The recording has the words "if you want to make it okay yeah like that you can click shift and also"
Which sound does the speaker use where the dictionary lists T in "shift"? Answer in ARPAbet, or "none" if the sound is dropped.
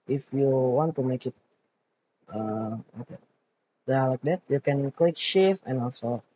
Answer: none